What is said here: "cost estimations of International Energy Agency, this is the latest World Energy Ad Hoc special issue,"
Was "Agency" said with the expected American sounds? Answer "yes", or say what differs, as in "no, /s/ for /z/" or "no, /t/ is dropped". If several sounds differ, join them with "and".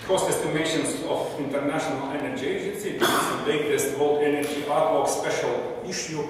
yes